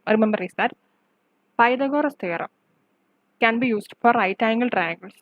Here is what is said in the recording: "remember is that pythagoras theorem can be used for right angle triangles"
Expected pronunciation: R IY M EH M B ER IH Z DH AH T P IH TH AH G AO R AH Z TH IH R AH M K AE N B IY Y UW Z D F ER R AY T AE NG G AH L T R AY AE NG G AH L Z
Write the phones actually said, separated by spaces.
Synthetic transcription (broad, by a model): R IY M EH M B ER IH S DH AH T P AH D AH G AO R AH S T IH R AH M K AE N B IY Y UW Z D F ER R AY T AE NG G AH L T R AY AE NG G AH L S